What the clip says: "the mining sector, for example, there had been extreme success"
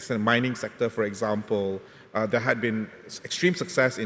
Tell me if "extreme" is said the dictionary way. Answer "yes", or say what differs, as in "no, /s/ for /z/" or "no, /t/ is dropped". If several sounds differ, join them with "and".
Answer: yes